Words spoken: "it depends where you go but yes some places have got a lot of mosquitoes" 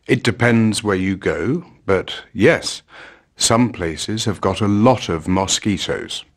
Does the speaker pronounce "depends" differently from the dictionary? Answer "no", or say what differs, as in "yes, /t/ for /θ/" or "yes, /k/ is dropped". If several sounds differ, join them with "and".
no